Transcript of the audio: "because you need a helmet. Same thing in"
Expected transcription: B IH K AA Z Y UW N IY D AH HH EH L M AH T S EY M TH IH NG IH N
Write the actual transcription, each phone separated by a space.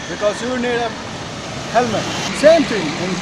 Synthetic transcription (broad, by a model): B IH K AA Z Y UW N IY D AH HH EH L M AH T S EY M T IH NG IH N